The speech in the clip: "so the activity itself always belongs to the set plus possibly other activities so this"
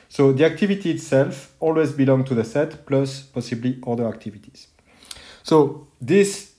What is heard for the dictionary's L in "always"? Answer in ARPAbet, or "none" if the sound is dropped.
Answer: L